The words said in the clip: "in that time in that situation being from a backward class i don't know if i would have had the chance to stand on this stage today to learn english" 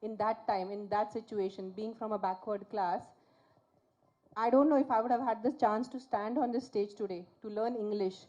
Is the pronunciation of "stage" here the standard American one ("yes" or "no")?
yes